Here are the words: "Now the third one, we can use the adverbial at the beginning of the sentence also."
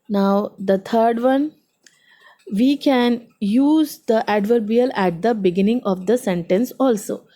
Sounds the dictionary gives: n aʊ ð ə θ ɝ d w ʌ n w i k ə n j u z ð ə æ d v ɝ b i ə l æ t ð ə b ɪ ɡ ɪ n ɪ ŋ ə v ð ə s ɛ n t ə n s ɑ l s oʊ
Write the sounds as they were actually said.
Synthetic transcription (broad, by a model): n aʊ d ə t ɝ d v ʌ n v i k ə n j u z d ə æ d v ɝ b i ə l æ t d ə b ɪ ɡ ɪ n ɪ ŋ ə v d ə s ɛ n t ə n s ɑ l s oʊ